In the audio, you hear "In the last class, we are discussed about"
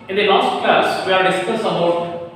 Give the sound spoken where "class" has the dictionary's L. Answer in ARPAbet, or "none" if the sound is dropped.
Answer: none